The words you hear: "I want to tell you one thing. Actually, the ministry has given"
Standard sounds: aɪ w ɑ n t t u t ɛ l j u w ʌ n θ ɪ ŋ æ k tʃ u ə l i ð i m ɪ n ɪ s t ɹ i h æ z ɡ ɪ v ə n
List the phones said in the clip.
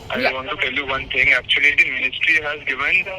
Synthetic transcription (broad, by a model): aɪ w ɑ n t t u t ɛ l j u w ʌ n t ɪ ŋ æ k tʃ u ə l i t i m ɪ n ɪ s t ɹ i h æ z ɡ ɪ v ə n